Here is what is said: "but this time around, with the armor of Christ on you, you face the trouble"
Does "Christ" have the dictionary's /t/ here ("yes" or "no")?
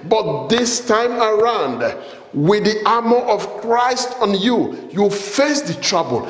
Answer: yes